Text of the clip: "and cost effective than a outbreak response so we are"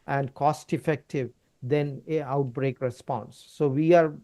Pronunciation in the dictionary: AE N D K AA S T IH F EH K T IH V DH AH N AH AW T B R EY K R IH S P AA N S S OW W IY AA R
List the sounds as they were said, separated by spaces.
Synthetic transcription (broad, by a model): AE N D K AA S T IH F EH K T IH V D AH N AH AW T B R EY K R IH S P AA N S S OW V IY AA R